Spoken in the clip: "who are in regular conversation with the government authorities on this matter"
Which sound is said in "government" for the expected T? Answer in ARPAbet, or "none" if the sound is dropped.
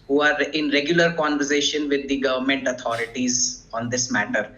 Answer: T